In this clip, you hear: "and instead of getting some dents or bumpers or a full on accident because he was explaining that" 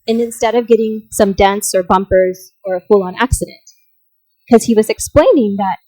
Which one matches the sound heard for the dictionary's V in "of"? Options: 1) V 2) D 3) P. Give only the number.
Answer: 1